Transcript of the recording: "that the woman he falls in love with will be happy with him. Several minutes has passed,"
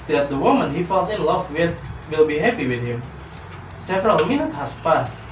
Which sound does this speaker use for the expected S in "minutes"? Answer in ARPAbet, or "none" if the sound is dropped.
none